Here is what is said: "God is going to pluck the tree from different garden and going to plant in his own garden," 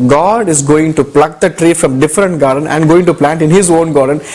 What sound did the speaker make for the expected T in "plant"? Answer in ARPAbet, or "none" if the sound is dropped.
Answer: T